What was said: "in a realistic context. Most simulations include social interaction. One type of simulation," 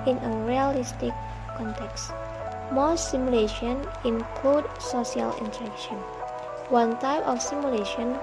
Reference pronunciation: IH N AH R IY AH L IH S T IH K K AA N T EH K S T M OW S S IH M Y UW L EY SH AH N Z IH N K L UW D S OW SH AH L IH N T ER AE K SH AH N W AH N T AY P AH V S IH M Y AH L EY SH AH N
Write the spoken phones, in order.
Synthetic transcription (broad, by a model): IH N AH R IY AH L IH S T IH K K AA N T EH K S T M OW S S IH M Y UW L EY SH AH N IH N K L UW D S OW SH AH L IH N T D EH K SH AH N W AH N T AY P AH F S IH M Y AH L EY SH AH N